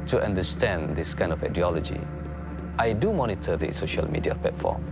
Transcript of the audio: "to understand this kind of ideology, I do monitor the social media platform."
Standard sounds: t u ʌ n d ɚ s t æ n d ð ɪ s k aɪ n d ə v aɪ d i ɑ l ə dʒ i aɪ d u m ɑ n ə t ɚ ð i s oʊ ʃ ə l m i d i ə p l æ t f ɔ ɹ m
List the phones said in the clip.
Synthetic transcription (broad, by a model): t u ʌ n d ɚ s t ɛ n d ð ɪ s k aɪ n d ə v aɪ d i ɑ l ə dʒ i aɪ d u m ɑ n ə t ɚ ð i s oʊ ʃ ə l m i d i ə p l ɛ t f ɔ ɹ m